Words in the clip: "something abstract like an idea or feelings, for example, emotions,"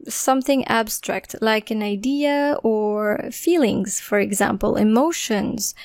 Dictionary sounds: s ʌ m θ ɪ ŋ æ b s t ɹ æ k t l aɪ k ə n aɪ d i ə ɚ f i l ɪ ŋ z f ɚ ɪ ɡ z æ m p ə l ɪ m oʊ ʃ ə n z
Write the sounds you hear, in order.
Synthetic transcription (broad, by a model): s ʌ m θ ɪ ŋ æ b s t ɹ æ k t l aɪ k ə n aɪ d i ə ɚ f i l ɪ ŋ z f ɚ ɪ ɡ z æ m p ə l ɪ m oʊ ʃ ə n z